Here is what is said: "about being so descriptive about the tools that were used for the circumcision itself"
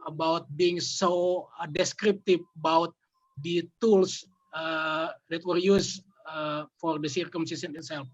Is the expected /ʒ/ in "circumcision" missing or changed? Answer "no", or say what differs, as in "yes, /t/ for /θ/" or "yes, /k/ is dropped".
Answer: yes, /s/ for /ʒ/